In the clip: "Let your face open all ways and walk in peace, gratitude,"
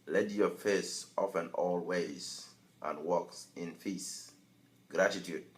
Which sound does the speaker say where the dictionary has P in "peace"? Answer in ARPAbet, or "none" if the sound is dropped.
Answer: F